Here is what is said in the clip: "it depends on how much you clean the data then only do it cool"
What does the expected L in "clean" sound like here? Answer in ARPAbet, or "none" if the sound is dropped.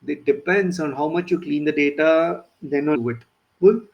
L